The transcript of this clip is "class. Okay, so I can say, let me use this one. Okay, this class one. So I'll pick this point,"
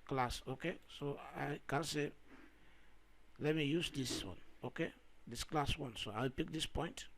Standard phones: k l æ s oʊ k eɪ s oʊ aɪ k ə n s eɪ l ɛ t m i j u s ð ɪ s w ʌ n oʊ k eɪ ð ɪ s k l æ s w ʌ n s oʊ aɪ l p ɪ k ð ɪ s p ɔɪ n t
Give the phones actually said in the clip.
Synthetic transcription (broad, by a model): k l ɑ s oʊ k eɪ s oʊ aɪ k ə n s eɪ l ɛ t m i j u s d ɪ s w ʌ n oʊ k eɪ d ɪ s k l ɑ s w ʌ n s oʊ aɪ w p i k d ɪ s p ɔɪ n t